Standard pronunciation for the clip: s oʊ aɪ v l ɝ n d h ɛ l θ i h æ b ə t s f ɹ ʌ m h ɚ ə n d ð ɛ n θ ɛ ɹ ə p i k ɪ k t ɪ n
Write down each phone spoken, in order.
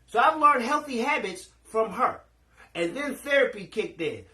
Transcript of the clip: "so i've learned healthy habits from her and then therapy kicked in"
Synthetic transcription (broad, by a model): s oʊ aɪ v l ɝ n d h ɛ l θ i h æ b ə t s f ɹ ʌ m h ɚ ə n ð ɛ n θ ɛ ɹ ə p i k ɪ k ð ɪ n